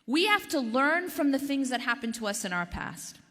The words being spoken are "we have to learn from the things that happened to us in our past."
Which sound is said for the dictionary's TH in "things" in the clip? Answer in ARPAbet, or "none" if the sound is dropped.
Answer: TH